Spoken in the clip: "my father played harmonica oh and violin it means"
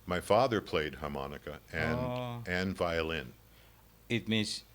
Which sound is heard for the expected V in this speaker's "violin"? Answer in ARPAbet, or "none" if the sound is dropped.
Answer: V